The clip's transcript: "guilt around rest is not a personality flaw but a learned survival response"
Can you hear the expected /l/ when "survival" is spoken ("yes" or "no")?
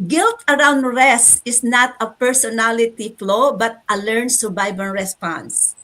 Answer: no